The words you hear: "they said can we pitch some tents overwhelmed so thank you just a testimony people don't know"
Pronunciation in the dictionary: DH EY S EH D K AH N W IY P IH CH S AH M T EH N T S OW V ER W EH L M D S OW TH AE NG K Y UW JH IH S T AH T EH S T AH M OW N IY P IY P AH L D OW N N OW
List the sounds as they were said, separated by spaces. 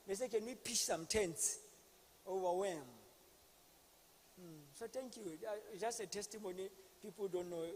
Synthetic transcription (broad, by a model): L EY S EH K AH N W IY P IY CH S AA M T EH N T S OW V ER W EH M S OW T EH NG K Y UW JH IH S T AH T EH S T AH M OW N IY P IY P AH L D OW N N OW